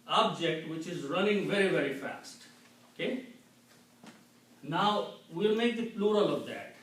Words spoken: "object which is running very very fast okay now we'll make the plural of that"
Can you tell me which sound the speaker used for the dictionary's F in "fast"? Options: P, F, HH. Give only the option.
F